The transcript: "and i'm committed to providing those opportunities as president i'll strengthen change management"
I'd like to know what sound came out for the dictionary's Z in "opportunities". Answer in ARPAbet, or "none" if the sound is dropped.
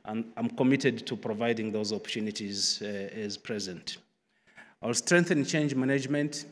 Z